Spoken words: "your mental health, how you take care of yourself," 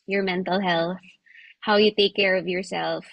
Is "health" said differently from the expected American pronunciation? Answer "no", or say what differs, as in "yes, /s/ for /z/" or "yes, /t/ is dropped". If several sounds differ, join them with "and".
no